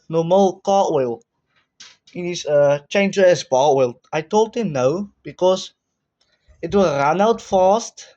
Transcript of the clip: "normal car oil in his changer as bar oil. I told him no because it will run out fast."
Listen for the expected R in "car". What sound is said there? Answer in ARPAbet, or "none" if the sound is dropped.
W